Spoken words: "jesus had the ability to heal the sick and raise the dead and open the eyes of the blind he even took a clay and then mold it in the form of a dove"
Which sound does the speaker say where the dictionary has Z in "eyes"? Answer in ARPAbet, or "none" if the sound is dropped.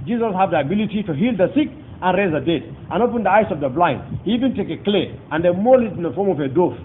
S